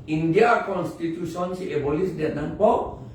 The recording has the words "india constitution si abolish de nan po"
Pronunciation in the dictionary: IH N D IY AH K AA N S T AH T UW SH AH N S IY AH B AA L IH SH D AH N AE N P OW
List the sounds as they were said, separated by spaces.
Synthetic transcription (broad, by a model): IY N D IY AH K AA N S T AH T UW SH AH N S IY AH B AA L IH S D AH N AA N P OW